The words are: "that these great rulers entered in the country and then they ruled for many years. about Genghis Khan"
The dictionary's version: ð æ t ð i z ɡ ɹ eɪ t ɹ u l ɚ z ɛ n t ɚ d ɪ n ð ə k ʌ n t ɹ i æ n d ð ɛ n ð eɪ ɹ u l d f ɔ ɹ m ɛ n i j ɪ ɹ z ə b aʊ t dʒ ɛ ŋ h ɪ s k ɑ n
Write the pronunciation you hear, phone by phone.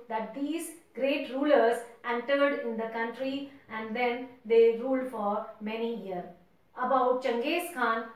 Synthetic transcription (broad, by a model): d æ t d i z ɡ ɹ eɪ t ɹ u l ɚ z ɛ n t ɚ d ɪ n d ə k ʌ n t ɹ i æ n d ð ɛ n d eɪ ɹ u l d f ɔ ɹ m ɛ n i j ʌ ɹ ə b aʊ t tʃ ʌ ŋ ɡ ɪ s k ɑ n